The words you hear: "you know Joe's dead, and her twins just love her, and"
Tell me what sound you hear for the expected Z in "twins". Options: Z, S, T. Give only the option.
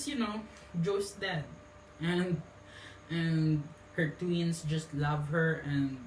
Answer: S